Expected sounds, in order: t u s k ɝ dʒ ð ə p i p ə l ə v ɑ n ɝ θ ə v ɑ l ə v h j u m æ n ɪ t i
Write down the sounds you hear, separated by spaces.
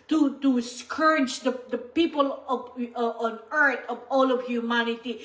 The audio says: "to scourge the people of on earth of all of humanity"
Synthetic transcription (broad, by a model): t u s k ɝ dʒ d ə p i p ə l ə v ɑ n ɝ t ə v ɑ l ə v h j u m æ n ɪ t i